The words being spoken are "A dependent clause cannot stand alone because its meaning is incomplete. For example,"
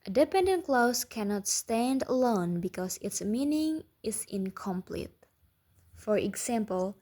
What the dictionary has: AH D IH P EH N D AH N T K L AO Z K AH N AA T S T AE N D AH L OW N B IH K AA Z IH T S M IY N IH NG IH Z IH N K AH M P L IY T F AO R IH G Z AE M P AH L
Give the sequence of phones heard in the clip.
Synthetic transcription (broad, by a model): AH D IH P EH N D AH N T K L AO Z K AH N AA T S T AE N D AH L OW N B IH K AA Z IH T S M IY N IH NG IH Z IH N K AH M P L IY T F AO R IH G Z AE M P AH L